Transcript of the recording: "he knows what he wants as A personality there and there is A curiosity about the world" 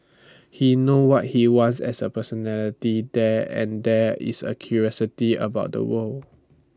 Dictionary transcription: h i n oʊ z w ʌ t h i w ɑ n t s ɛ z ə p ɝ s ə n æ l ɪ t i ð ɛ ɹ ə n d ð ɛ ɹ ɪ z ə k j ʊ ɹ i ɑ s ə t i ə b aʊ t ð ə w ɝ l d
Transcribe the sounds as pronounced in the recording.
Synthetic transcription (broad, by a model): h i n oʊ w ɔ t h i w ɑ n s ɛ s ə p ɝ s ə n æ l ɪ t i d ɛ ə n d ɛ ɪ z ə k j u ɹ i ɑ s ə t i ə b aʊ t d ə w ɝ l